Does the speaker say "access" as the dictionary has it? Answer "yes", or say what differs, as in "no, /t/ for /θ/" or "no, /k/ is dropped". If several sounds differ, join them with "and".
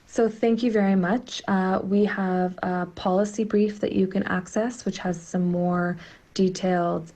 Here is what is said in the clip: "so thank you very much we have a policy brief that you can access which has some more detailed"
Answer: yes